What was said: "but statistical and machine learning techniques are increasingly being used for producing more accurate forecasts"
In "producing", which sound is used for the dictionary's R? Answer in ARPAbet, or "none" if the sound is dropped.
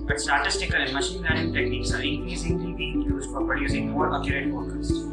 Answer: none